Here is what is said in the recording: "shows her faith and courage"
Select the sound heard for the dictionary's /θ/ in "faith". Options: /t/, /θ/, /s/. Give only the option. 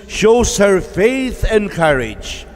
/θ/